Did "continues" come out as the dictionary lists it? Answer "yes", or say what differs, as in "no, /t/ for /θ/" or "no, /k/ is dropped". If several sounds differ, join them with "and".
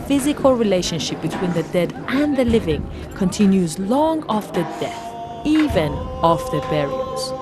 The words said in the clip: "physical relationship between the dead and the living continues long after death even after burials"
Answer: yes